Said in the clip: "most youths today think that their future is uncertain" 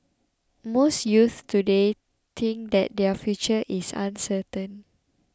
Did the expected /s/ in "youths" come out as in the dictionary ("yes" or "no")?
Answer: no